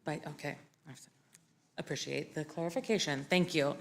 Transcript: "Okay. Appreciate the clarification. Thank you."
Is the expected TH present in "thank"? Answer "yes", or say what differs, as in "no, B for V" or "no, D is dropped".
yes